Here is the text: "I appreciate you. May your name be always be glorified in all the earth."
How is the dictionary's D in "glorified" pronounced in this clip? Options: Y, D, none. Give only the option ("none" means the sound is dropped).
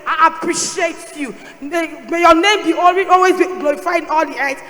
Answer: none